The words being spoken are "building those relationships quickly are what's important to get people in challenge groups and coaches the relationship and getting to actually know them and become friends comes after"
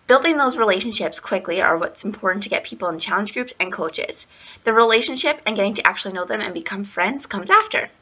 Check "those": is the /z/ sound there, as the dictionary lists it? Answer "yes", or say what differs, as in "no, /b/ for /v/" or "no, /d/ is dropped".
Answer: yes